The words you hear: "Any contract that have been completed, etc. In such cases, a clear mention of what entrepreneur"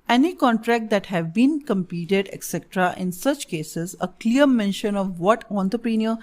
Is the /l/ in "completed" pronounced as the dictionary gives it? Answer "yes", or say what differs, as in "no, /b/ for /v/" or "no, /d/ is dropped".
no, /l/ is dropped